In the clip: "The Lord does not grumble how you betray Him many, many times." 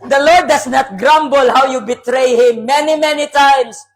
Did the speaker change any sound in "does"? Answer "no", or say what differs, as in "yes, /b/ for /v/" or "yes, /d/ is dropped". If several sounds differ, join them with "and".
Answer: yes, /s/ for /z/